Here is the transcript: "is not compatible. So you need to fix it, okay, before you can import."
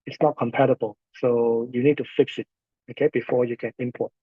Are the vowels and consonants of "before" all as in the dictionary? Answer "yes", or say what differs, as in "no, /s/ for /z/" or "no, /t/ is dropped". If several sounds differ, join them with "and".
yes